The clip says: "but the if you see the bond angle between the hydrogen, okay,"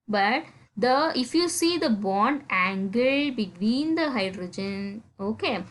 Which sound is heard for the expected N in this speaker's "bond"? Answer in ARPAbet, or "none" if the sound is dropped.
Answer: N